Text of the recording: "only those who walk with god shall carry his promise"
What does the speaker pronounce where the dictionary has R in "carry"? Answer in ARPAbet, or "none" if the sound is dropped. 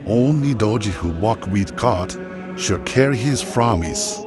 R